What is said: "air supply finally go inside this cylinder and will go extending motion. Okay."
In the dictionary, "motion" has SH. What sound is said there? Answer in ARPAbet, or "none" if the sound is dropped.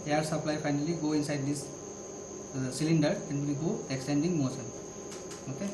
S